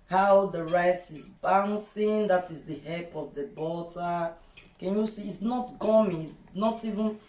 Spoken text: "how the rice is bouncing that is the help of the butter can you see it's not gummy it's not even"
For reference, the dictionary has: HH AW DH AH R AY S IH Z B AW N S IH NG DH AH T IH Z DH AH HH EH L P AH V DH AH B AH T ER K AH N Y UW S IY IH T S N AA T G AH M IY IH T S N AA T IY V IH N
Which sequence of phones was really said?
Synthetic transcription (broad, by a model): HH AW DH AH R AY S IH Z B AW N S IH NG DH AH T IH Z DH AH HH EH P AH V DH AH B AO T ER K AH N Y UW S IY T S N AA T G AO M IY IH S N AA T IY V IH N